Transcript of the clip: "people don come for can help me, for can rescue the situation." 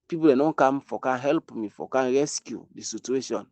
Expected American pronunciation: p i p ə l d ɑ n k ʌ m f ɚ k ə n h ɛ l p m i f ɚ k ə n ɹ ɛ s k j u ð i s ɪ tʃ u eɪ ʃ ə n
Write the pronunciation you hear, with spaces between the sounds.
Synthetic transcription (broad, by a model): p i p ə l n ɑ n k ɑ m f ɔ k ə n h ɛ l p m i f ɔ k ə n ɹ ɛ s k j u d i s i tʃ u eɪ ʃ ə n